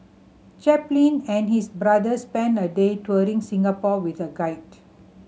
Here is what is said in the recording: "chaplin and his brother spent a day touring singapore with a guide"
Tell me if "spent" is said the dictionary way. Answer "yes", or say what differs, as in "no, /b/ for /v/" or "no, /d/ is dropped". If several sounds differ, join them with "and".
no, /t/ is dropped